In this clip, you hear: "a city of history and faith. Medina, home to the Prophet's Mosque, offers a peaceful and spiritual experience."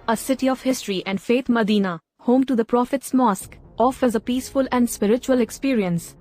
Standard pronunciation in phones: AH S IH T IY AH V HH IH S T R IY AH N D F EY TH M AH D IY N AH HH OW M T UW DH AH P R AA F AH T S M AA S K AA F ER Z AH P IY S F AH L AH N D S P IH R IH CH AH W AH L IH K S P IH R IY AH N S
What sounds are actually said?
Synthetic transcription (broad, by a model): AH S IH T IY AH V HH IH S T R IY AH N D F EY T M AH D IY N AH HH OW M T UW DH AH P R AA F AH T S M AA S K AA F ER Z AH P IY S F AH L AH N D S P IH R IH CH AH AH L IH K S P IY R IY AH N S